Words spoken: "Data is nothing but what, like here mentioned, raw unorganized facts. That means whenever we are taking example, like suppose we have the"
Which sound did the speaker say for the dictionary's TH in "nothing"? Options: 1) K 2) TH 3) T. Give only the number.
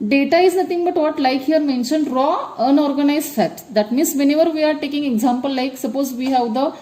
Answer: 3